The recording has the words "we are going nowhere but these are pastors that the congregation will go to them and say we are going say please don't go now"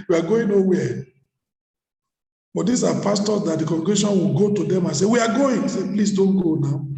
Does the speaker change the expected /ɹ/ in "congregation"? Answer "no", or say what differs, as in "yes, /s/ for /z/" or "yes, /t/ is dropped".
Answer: yes, /ɹ/ is dropped